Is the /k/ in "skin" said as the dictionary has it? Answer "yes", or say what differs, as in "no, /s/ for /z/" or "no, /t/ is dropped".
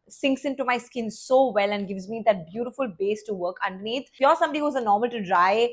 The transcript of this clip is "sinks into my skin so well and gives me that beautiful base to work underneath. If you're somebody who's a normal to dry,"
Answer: yes